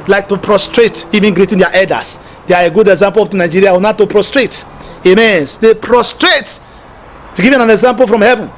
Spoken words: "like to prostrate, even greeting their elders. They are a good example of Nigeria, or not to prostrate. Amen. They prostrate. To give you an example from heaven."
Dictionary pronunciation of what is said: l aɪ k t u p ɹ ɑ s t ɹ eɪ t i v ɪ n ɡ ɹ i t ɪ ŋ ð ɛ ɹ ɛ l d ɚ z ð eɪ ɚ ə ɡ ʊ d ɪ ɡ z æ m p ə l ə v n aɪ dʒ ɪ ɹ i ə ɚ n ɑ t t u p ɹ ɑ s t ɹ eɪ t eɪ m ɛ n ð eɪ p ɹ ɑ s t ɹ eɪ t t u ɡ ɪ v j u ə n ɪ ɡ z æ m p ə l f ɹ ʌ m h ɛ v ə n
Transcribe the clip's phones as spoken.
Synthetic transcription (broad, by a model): l aɪ k t u p ɹ ɑ s t ɹ eɪ t i v ɪ n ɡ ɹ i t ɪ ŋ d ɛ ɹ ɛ d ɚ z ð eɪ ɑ ə ɡ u d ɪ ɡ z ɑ m p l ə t n aɪ dʒ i ɹ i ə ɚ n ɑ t t u p ɹ ɑ s t ɹ eɪ t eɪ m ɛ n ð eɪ p ɹ ɑ s t ɹ eɪ t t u ɡ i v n ə n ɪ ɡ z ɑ m p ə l f ɹ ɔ m h ɛ v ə n